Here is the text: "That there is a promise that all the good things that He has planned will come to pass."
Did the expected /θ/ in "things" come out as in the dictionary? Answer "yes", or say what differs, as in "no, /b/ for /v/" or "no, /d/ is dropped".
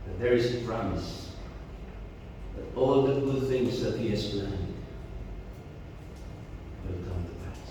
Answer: yes